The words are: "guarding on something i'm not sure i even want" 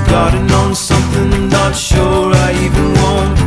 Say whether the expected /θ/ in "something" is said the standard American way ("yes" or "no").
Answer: yes